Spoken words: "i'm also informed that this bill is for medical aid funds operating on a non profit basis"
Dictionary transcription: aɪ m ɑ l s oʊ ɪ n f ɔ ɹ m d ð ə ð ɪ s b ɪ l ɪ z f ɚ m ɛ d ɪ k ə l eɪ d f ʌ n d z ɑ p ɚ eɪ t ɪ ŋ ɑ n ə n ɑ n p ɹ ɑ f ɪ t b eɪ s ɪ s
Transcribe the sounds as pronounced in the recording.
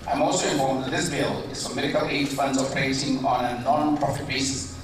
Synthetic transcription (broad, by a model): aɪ m ɑ l s oʊ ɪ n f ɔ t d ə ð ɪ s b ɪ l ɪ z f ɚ m ɛ d ɪ k ə l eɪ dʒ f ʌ n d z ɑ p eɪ s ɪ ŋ ɑ n ə n ɑ n p ɹ ɑ f ɪ t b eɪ s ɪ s